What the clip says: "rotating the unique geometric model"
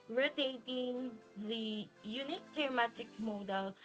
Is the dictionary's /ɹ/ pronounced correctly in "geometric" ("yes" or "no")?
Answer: no